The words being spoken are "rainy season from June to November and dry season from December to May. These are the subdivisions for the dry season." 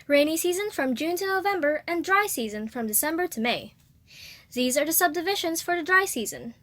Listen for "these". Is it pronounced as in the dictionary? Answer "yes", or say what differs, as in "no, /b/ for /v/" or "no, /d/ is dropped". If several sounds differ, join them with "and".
yes